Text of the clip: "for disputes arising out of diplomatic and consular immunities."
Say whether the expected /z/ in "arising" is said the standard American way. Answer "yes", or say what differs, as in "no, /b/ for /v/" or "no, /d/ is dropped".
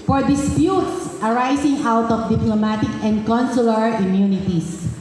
no, /s/ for /z/